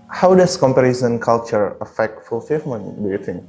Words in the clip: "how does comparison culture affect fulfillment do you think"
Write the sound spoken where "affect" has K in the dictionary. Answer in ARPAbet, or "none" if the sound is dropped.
K